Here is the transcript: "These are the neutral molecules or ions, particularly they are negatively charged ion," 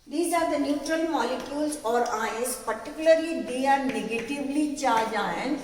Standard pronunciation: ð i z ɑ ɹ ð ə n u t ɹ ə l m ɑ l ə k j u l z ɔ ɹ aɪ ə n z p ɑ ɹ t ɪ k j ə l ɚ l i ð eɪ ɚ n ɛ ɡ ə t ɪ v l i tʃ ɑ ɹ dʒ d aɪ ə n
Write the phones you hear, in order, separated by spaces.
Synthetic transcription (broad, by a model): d i z ɑ ɹ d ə n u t ɹ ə l m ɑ l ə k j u l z ɔ ɹ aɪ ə z p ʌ ɹ t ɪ k j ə l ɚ l i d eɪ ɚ n ɛ ɡ ə t ɪ v l i tʃ ɑ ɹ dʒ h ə n